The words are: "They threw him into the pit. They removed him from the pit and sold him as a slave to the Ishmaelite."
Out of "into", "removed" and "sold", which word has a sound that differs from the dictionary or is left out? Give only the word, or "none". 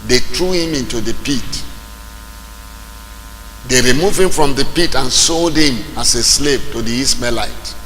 removed